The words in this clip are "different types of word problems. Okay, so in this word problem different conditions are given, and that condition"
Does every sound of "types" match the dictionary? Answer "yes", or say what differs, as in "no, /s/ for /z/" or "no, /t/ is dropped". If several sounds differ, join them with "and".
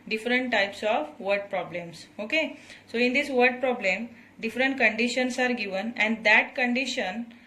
yes